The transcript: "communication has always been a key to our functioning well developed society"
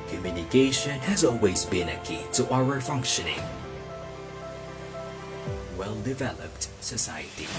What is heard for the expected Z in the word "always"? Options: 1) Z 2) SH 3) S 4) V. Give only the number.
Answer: 1